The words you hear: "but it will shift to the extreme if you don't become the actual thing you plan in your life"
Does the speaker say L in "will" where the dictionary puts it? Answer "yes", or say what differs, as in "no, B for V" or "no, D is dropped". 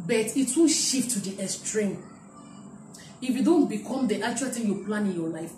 no, N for L